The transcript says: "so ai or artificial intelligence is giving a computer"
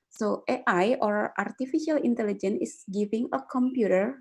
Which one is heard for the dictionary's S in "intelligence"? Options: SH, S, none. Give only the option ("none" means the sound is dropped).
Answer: none